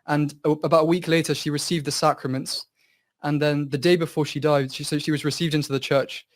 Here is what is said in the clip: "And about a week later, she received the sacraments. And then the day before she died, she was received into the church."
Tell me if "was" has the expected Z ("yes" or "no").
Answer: yes